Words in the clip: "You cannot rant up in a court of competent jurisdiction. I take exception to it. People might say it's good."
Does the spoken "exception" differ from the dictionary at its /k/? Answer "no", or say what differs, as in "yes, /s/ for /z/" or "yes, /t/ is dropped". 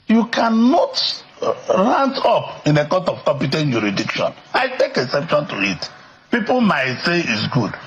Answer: yes, /k/ is dropped